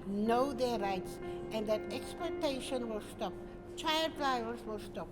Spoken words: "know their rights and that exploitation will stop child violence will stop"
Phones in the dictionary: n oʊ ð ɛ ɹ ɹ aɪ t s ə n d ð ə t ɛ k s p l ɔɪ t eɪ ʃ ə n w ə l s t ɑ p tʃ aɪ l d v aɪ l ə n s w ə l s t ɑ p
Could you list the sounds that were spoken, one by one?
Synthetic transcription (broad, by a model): n oʊ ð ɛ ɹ ɹ aɪ t s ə n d ð ə t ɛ k s p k t eɪ ʃ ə n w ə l s t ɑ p tʃ aɪ l d f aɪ ə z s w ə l s t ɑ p